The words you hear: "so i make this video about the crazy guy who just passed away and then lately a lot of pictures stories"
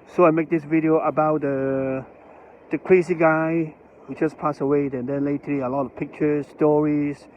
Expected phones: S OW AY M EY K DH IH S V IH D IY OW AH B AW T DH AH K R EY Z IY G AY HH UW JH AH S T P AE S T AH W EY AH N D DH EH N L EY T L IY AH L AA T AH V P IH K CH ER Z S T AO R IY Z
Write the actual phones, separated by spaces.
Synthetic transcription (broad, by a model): S OW AY M EY K DH IH S V IH D IY OW AH B AW T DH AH K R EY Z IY G AY HH UW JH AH S P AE S AH W EY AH N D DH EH N L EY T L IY AH L AA T AH V P IH K CH ER Z S T AO R IY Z